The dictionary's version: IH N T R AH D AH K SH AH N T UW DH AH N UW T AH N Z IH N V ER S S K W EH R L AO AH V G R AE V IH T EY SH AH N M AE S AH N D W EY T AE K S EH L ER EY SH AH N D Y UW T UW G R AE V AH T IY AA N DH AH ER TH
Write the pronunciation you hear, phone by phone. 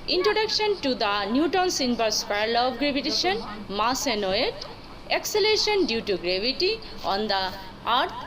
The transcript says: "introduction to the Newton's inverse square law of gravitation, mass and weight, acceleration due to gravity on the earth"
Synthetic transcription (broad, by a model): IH N T R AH D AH K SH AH N T UW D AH N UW T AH N S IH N B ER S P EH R L AO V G R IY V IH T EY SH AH N M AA S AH N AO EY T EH K S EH L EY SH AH N D Y UW T UW G R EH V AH T IY AA N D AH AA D